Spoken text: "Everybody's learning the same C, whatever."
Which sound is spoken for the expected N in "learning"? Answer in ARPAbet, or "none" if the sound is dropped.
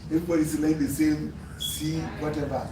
none